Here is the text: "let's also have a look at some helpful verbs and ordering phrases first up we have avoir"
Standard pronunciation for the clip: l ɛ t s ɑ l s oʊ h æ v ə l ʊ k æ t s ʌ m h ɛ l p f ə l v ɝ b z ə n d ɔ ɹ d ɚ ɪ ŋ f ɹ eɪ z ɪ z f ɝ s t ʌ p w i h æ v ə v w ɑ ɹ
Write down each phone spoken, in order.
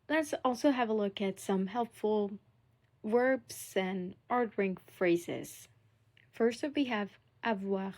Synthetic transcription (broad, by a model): l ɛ t s ɑ l s oʊ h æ v ə l ʊ k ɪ t s ʌ m h ɛ l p f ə l w ɝ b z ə n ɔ ɹ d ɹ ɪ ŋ f ɹ eɪ z ɪ z f ɝ s t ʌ f w i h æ v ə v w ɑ